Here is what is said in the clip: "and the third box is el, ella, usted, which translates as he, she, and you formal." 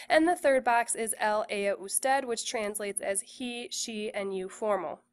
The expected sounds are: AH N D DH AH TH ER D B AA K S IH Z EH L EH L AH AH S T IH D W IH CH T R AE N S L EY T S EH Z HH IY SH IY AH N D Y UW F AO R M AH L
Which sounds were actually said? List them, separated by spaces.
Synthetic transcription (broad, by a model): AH N DH AH TH ER D B AA K S IH Z EH L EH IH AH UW S T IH D W IH CH T R AE N S L EY T S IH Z HH IY SH IY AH N Y UW F AO R M L